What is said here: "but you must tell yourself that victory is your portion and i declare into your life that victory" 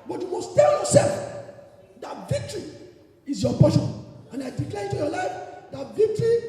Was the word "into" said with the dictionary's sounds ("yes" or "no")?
no